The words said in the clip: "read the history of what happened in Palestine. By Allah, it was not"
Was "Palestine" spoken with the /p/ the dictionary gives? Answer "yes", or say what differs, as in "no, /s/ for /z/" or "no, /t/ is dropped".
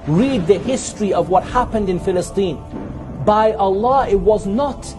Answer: no, /f/ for /p/